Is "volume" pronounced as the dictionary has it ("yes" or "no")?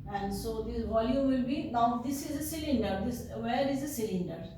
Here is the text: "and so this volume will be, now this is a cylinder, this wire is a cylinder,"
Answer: yes